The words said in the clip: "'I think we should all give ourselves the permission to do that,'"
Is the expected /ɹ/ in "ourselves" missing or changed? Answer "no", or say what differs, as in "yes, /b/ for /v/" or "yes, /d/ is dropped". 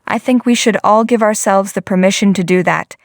no